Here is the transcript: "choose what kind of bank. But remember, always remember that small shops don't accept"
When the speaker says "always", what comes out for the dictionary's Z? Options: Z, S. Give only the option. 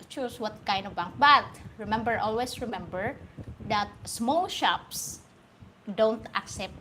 S